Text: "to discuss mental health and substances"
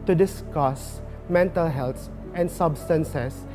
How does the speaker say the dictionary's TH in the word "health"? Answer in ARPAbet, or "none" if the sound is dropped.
S